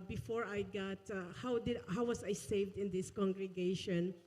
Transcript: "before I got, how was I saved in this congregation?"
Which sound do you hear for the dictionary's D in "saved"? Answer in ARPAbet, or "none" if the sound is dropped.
D